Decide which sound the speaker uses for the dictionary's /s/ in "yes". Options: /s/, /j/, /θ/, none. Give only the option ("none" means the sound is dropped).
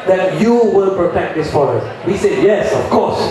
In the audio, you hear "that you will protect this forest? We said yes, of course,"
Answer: /s/